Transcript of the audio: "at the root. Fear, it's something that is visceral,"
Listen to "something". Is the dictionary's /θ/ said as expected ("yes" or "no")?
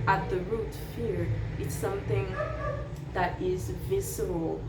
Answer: yes